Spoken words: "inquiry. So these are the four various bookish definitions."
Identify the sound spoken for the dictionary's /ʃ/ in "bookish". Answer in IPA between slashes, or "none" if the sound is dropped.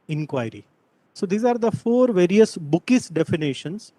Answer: /s/